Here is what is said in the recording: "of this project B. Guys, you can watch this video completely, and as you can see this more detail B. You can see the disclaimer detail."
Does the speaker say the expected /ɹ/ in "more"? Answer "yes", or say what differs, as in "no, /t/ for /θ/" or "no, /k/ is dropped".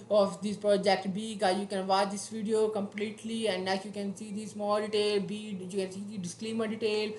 no, /l/ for /ɹ/